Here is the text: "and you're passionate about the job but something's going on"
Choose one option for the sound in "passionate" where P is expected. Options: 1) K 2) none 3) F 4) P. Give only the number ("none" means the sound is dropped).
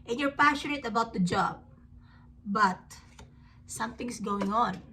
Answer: 4